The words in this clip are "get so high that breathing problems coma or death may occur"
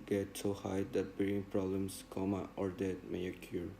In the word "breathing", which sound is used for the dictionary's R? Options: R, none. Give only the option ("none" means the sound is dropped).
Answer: none